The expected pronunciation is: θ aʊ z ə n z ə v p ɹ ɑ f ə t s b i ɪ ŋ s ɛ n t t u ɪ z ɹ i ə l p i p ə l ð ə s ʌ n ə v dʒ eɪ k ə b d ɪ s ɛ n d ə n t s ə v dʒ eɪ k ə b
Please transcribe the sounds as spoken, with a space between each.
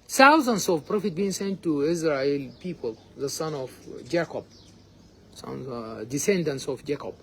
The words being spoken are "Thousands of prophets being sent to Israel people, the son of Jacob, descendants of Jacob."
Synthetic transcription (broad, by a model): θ aʊ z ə n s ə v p ɹ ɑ f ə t b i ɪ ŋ s ɛ n t t u ɪ z ɹ i ə l p i p ə l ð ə s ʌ n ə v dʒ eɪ k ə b d ɪ s ɛ n d ə n t s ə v dʒ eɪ k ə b